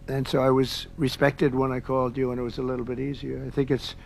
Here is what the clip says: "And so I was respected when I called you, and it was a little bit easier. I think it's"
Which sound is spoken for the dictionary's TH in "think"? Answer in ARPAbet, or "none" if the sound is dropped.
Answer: TH